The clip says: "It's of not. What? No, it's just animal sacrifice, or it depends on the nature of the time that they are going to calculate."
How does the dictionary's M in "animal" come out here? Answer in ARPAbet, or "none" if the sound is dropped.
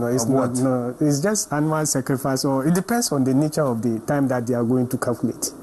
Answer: none